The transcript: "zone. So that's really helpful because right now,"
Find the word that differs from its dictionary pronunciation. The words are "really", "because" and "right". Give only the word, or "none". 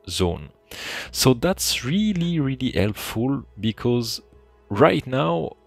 none